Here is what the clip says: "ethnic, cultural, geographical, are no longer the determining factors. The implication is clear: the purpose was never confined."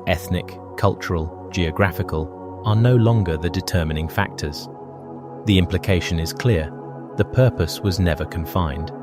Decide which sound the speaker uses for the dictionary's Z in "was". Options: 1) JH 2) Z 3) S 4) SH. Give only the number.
2